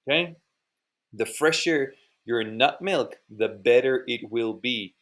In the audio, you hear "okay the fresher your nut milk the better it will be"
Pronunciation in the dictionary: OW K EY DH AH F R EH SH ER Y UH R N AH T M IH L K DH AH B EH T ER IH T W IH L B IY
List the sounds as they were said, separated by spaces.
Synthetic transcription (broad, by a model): K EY DH AH F R EH SH ER Y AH R N AH T M IH L K DH AH B EH T ER IH T W IH L B IY